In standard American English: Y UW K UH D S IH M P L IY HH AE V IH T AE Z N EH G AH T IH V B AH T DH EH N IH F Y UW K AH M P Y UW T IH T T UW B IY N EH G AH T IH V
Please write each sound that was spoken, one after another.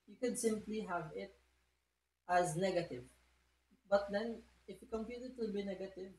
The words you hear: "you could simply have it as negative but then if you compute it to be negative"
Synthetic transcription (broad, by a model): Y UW K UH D S IH M P L IY HH AE V IH T AE Z N EH G AH T IH V B AH T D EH N IH F Y UW K AH M P Y UW T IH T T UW B IY N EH G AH T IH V